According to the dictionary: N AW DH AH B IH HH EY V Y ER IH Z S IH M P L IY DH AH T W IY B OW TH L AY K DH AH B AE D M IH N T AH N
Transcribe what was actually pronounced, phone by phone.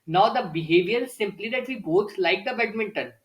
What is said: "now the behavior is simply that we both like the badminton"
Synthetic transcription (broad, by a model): N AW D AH B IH HH EY V Y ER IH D S IH M P L IY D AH T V IY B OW S L AY K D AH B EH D M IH N T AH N